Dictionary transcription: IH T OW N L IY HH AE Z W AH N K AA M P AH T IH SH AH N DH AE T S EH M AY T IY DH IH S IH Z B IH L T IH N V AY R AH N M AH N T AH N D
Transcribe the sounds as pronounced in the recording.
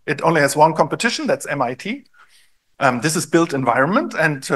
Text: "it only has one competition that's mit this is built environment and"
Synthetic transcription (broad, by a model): IH T OW N L IY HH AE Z W AH N K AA M P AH T IH SH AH N DH AE T S EH M AY T IY DH IH S IH Z B IH L T IH N V AY R AH N M AH N T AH N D